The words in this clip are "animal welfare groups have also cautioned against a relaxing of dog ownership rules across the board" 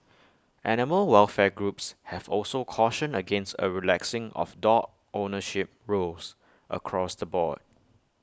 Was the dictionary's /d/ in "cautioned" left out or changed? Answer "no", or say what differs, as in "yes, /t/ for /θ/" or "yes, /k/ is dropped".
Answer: yes, /d/ is dropped